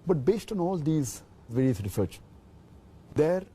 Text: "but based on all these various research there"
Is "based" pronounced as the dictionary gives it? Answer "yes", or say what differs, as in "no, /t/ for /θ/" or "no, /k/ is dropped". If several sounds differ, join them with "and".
yes